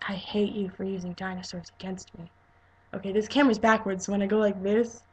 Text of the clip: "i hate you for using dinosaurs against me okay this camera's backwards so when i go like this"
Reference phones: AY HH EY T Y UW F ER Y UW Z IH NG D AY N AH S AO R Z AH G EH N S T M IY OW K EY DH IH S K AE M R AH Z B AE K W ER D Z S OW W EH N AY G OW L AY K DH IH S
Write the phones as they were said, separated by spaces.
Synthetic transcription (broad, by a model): AY HH EY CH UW F ER Y UW Z IH NG D AY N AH S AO R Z AH G EH N S T M IY OW K EY DH IH S K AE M W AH Z B AE K W ER D Z S OW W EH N AY G OW L AY K DH IH S